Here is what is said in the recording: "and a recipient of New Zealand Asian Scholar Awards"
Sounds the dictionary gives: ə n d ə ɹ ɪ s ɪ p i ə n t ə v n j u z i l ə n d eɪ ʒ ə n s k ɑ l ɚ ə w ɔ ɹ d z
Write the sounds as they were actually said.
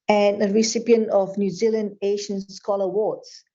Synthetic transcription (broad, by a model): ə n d ə ɹ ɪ s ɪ p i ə n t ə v n j u z i l ə n d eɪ ʃ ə n s k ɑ l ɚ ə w ɔ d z